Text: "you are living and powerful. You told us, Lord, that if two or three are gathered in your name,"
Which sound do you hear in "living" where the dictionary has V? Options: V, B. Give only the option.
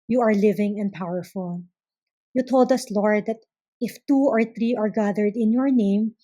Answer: V